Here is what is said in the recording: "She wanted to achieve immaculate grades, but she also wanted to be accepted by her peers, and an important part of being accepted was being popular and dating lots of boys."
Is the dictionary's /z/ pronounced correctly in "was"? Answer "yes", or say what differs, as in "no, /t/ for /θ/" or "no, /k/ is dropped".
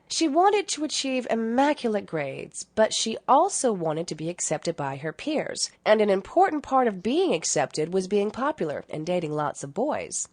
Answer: yes